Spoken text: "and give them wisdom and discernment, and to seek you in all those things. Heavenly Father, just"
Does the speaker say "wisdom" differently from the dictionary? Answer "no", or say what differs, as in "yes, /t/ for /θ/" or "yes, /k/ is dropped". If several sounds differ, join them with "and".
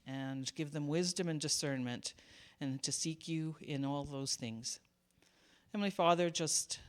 no